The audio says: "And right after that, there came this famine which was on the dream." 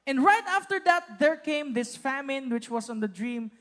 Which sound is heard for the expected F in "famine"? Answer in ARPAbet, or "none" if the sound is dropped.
F